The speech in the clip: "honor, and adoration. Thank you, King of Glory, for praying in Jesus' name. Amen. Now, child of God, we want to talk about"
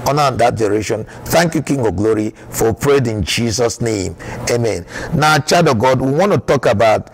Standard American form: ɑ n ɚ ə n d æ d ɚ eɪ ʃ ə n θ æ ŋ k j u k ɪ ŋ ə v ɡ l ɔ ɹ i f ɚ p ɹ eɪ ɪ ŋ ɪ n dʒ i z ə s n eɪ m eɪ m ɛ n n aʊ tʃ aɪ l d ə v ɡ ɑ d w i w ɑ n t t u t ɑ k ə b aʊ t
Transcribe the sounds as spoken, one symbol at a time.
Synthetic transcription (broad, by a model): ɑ n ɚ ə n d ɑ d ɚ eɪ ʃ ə n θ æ ŋ k j u k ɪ ŋ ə ɡ l ɔ ɹ i f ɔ p ɹ eɪ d ɪ n dʒ i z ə s n eɪ m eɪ m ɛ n n aʊ tʃ aɪ d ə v ɡ ɑ d w i w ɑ n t t u t ɑ k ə b aʊ t